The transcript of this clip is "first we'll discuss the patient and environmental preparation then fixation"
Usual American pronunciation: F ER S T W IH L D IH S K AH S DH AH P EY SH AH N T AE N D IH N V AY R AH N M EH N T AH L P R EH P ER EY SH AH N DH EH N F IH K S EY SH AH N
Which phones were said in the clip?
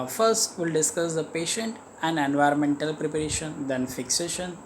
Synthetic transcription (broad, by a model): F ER S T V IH L D IH S K AH S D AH P EY SH AH N T AE N D IH N V AY R AH N M EH N T AH L P R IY P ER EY SH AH N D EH N F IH K S EY SH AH N